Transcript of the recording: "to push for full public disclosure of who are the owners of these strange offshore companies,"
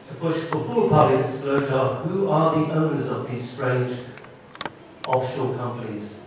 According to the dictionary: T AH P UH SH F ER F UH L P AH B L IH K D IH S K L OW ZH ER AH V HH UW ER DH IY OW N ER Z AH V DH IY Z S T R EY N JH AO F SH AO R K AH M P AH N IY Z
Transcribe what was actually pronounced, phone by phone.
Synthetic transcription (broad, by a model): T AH B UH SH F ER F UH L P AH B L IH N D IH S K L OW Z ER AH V HH UW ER DH IY OW N ER Z AH V DH IY Z S T R EY N JH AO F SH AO L K AH M P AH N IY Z